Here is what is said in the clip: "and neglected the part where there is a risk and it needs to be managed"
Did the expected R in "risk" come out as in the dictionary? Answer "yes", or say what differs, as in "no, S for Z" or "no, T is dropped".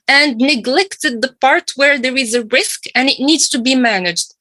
yes